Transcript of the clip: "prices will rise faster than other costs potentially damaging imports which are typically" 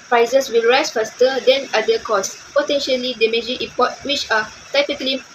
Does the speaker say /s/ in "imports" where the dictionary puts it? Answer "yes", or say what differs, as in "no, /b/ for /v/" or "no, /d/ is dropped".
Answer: no, /s/ is dropped